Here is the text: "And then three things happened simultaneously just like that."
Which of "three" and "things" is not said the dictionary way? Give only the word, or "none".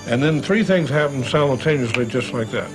none